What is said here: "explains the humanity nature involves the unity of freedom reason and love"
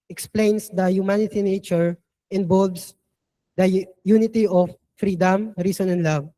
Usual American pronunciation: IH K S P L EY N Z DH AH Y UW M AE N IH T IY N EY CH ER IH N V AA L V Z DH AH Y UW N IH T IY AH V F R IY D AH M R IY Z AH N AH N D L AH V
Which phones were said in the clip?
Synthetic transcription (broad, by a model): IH K S P L EY N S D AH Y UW M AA N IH T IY N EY CH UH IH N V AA L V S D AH Y UW N IH T IY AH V F R IY D AH M R IY S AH N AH N L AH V